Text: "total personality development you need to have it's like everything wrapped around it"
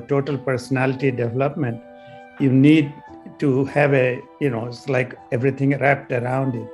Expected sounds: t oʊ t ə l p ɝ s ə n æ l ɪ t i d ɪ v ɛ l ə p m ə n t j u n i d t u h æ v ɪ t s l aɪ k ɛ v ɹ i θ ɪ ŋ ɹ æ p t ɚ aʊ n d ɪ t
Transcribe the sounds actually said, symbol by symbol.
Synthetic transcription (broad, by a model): t oʊ t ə l p ɝ s ə n æ l ɪ t i d ɪ v ɛ l ə p m ə n t j u n i d t u h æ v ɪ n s l aɪ k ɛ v ɹ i t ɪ ŋ ɹ æ p t ɚ aʊ n d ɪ t